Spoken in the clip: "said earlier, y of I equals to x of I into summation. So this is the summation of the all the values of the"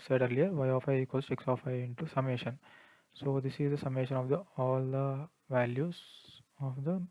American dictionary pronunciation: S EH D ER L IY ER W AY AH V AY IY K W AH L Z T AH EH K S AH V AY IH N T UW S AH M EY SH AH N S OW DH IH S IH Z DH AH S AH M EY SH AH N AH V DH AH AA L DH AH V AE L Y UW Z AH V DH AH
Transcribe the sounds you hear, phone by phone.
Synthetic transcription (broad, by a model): S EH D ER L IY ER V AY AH F AY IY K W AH Z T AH K S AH F AY IH N T UW S AH M EY SH AH N S OW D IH S IH Z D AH S AH M EY SH AH N AH V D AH AA L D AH V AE L Y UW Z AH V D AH